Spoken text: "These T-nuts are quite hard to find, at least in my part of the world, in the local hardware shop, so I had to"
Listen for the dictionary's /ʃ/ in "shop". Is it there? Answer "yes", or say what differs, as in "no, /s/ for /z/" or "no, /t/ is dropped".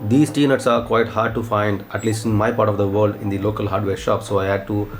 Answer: yes